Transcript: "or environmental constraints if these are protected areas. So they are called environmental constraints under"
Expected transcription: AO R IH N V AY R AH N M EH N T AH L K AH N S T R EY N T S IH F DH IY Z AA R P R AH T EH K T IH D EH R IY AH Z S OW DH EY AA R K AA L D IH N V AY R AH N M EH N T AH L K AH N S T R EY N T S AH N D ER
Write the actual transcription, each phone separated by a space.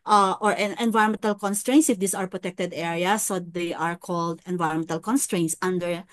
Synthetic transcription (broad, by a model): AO R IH N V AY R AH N M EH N T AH L K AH N S T R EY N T S IH F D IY S AA R P R AH T EH K T IH D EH R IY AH S OW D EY AA R K AA L D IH N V AY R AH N M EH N T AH L K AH N S T R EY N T S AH N D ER